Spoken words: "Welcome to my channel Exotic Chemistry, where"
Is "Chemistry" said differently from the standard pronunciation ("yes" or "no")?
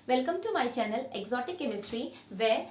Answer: no